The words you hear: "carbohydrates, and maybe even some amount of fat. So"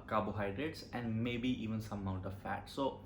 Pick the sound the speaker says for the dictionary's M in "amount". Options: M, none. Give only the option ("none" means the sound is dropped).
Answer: none